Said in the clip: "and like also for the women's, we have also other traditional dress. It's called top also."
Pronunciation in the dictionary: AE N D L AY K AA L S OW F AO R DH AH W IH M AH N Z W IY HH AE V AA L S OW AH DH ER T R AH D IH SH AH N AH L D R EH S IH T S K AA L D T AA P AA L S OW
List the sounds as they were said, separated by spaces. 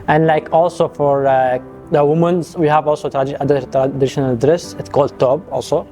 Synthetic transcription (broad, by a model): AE N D L AY K AA L S OW F AO R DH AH W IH M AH N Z W IY HH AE V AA L S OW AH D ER T R AH D IH SH AH N AH L D R EH S IH T S K AA L D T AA B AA L S OW